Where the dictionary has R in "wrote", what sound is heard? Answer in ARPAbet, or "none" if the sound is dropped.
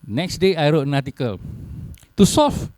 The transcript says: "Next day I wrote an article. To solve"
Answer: R